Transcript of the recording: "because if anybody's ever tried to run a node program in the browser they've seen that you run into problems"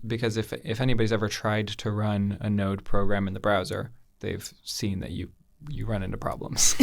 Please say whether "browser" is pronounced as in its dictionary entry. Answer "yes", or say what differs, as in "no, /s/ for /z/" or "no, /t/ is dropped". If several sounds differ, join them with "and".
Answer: yes